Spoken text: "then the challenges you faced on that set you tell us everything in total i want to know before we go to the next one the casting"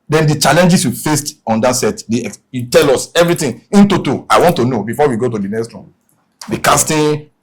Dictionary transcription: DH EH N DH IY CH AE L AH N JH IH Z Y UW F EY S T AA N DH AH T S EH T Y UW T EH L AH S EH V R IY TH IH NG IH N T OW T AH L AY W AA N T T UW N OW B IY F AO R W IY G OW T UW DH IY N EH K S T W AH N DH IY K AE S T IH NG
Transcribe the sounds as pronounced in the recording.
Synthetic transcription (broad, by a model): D EH N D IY CH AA L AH N JH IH S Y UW F EY S T AA N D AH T S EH T Y UW T EH L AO S EH V R IY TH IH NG IH N T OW T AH AY W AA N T T UW N OW B IY F AO W IY G OW T UW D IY N EH K S T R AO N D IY K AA S T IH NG